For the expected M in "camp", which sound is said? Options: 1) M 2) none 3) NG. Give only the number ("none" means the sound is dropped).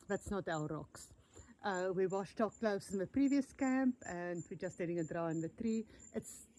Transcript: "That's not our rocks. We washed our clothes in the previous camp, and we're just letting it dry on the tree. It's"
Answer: 1